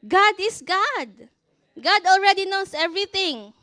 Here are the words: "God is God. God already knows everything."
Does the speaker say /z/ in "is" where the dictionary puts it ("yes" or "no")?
no